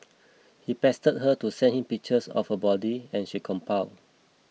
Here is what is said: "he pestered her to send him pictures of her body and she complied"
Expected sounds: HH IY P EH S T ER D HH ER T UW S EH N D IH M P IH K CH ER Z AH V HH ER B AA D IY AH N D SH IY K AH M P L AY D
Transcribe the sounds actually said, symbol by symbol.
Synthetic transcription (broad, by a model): HH IY P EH S T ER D HH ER T UW S EH N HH IH M P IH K CH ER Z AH F HH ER B AA D IY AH N SH IY K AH M P AY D